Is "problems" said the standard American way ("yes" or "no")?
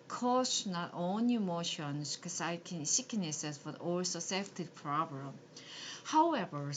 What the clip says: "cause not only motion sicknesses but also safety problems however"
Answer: no